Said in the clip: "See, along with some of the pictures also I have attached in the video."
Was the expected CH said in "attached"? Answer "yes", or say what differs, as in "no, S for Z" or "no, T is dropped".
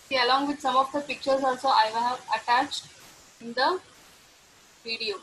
yes